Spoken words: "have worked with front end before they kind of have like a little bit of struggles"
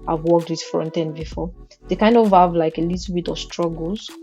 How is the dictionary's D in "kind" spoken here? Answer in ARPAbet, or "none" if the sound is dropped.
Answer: D